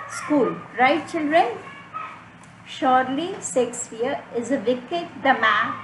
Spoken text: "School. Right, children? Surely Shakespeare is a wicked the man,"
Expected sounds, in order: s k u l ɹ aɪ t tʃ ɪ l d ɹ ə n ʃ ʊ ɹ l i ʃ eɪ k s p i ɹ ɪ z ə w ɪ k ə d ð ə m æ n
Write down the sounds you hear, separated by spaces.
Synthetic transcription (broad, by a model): s k u l ɹ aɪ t tʃ ɪ l d ɹ ə n ʃ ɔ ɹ l i s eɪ k s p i ɹ ɪ z ə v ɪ k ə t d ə m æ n